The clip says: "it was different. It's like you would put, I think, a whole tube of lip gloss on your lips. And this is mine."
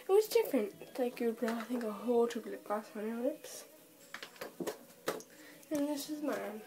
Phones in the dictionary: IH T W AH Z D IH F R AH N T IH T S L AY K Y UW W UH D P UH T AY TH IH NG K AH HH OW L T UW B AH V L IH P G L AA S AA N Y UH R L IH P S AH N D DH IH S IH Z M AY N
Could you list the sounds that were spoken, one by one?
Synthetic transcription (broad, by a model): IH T W AH Z D IH F R AH N T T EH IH K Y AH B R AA AY TH IH NG K AH HH OW L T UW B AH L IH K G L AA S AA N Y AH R L IH P S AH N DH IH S IH Z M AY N